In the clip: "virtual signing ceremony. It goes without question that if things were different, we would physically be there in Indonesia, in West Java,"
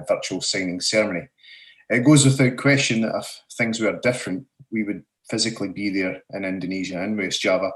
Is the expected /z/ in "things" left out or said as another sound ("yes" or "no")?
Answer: no